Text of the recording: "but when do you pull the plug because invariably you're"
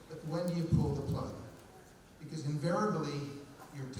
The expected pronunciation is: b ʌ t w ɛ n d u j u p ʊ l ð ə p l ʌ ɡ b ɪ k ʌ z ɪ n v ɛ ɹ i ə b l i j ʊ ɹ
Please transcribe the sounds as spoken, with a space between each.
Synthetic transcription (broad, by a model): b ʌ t w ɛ n d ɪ j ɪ p ʊ l ð ə p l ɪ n b ɪ k ʌ z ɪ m v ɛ ɹ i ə b l i j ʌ ɹ